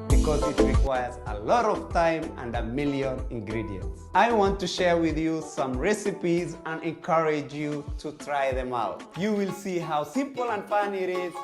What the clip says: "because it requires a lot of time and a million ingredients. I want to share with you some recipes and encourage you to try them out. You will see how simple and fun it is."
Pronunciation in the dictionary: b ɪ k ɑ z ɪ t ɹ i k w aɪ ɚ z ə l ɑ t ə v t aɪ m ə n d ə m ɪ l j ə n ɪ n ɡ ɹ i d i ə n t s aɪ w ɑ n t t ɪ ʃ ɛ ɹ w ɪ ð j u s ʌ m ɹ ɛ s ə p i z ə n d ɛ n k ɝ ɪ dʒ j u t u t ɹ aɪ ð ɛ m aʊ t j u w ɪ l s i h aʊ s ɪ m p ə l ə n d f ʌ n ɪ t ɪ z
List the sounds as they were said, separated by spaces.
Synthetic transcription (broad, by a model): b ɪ k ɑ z ɪ t ɹ i k w aɪ ɚ z ə l ɑ t ə v t aɪ m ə n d ə m ɪ l j ə n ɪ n ɡ ɹ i d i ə n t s aɪ w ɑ n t t ɪ ʃ ɛ ɹ w ɪ ð j u s ʌ m ɹ ɛ s ə p i z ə n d ɛ n k ɝ ɪ dʒ j u t u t ɹ aɪ ð ɛ m aʊ t j u w ɪ l s i h aʊ s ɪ m p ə l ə n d f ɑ n ɪ t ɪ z